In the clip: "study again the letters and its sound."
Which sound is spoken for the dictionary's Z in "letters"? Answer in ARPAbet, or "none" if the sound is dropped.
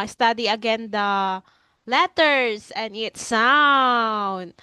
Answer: S